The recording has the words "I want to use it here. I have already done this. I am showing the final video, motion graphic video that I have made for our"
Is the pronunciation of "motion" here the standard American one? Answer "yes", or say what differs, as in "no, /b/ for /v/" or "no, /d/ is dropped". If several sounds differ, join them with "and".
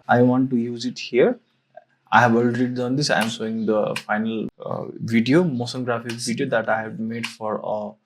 no, /s/ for /ʃ/